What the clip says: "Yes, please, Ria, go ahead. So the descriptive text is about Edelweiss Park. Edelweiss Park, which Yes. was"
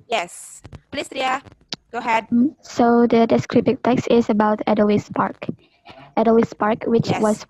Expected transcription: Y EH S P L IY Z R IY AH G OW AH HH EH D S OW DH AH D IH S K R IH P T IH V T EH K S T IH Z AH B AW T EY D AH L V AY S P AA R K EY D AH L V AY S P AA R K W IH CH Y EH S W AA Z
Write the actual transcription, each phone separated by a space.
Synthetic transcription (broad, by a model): Y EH S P L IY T R IY AH G OW HH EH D S OW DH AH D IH S K R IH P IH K T EH K S T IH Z AH B AW T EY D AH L W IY S P AA R K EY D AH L IY S P AA R K W IH CH W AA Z